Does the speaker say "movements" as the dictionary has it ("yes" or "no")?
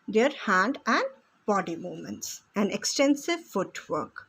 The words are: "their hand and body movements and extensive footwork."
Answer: no